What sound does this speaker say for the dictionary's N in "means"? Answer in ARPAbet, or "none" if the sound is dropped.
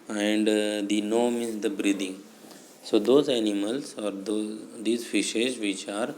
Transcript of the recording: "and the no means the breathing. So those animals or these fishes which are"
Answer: none